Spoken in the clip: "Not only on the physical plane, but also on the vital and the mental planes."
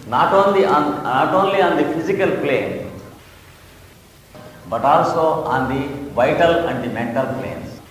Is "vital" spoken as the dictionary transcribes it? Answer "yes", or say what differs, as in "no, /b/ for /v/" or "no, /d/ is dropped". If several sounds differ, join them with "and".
yes